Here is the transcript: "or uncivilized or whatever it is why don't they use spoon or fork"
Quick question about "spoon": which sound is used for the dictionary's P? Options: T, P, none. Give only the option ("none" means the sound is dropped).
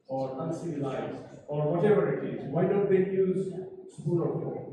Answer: none